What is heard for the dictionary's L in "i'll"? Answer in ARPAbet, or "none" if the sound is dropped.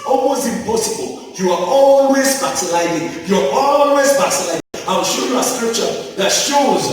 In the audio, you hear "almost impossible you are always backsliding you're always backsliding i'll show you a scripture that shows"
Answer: W